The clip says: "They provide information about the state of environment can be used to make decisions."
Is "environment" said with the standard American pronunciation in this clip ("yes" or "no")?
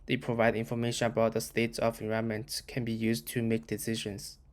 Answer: no